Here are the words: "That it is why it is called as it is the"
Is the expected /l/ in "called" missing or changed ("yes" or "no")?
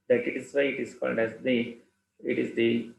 yes